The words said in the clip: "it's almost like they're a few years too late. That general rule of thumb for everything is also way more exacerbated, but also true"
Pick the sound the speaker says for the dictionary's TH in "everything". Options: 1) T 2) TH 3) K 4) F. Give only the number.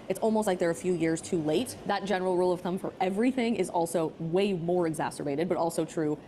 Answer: 2